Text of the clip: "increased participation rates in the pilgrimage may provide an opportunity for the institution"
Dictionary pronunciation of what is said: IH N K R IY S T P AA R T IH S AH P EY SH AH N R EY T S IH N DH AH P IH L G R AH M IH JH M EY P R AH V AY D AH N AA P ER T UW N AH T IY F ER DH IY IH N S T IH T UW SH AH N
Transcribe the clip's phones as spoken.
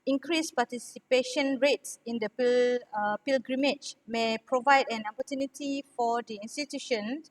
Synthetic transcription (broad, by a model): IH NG K R IY S P AA T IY S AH P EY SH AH N R EY T S IH N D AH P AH L G R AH M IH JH M EY P R AH V AY D AH N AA P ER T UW N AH T IY F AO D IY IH N S T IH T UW SH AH N